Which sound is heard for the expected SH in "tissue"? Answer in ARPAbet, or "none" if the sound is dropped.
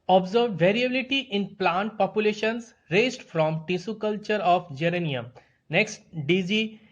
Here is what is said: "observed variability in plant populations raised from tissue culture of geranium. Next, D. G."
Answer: S